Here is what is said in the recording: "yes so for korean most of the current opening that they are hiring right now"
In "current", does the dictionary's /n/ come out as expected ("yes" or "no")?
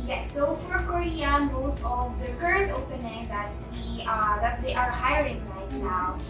yes